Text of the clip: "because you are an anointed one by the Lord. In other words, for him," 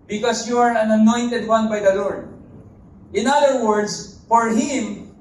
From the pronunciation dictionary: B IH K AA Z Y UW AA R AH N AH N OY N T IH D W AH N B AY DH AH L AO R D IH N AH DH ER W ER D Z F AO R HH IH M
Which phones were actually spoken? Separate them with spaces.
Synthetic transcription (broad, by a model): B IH K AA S Y UW AA R AH N AH N OY N T IH D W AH N B AY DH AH L AO R D IH N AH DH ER W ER D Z F AO R HH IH M